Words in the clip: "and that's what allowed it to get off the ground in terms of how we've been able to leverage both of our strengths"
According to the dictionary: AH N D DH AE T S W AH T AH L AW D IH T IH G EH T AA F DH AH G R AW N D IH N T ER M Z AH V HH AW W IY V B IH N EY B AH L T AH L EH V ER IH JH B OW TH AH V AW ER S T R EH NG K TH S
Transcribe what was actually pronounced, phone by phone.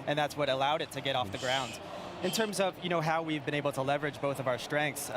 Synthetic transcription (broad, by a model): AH N DH AE T S W AH T AH L AW D IH T IH G EH T AA F DH AH G R AW N D IH N T ER M Z AH V HH AW W IY V B IH N EY B L T AH L EH V ER IH JH B OW TH AH V AW ER S T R EH NG K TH S